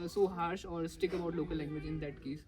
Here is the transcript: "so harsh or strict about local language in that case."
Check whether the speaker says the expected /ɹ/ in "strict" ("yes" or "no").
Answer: no